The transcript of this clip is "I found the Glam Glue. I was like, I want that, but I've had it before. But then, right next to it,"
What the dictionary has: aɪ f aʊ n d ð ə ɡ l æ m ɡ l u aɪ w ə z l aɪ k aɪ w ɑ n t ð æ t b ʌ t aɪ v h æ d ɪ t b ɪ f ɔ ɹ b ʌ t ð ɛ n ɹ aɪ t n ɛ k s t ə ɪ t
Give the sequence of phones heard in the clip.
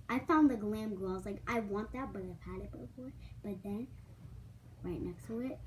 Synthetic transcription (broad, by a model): aɪ f aʊ n ð ə ɡ l æ m ɡ ʌ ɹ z l aɪ k aɪ w ɑ n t ð æ t b ʌ t aɪ v h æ d ɪ t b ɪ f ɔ ɹ b ʌ t ð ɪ n ɹ aɪ t n ɛ k s t ə ɪ t